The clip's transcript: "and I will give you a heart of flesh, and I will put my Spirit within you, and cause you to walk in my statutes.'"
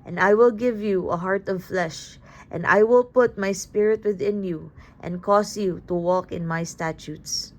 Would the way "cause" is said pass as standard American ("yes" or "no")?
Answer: no